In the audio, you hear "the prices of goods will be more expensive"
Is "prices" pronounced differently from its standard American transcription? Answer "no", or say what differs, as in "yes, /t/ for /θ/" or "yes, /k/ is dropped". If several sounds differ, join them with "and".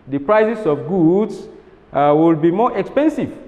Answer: yes, /s/ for /z/